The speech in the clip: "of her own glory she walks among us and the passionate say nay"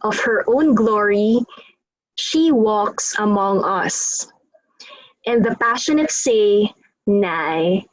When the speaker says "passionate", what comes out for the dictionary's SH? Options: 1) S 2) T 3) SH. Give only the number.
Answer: 3